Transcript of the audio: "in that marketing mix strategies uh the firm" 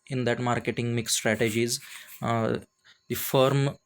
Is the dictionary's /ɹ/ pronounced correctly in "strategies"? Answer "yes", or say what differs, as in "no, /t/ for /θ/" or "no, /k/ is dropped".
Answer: yes